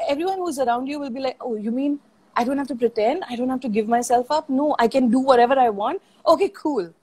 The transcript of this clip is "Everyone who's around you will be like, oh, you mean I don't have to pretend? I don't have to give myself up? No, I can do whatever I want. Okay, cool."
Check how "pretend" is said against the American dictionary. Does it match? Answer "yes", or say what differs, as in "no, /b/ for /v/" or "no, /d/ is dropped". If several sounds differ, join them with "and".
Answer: yes